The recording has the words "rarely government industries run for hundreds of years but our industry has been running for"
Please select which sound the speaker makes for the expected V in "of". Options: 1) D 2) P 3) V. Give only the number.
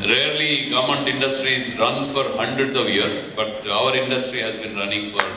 3